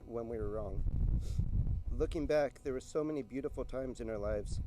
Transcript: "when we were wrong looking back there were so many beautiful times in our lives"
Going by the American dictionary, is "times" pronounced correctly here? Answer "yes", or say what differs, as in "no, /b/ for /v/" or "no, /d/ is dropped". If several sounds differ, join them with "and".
yes